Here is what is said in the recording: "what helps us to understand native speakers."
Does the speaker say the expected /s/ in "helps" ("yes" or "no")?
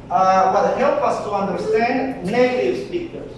no